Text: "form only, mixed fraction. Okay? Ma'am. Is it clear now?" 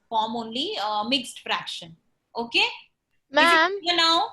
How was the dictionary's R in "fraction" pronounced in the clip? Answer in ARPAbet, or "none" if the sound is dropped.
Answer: R